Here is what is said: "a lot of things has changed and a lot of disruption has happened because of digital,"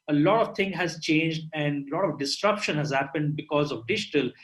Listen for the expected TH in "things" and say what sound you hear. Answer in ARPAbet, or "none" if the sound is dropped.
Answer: T